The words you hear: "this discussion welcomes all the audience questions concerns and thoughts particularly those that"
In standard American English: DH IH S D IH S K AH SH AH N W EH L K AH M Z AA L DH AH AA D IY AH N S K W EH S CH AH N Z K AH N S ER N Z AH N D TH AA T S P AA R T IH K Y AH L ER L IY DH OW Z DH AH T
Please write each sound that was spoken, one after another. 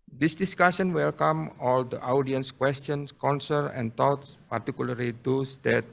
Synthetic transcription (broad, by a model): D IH S D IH S K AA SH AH N W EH L K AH M AA L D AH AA D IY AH N S K W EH S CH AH N S K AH N S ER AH N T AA T S P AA R T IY K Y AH L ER L IY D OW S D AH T